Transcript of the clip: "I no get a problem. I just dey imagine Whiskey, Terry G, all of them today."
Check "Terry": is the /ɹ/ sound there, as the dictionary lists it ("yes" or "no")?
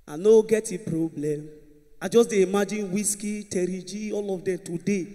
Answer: yes